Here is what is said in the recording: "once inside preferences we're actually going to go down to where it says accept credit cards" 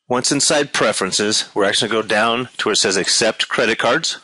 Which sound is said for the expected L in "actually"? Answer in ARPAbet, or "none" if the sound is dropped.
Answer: none